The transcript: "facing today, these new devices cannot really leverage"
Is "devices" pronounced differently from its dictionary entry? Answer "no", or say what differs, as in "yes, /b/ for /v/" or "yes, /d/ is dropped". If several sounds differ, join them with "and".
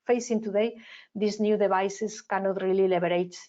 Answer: yes, /b/ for /v/ and /s/ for /z/